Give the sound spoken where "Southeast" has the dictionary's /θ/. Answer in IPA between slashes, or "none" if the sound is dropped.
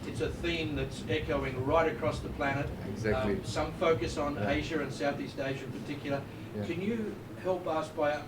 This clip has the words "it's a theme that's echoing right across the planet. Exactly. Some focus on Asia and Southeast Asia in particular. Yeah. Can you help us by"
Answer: /θ/